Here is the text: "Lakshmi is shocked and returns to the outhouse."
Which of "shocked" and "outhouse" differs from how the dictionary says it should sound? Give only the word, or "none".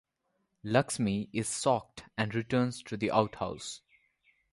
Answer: shocked